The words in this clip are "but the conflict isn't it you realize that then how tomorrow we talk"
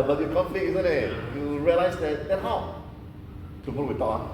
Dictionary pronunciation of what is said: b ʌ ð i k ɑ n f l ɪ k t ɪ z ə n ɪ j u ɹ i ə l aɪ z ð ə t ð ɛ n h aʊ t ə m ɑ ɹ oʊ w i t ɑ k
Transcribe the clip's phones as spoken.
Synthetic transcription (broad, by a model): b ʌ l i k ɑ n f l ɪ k i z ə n ɪ j u ɹ i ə l aɪ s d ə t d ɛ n h aʊ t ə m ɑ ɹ w i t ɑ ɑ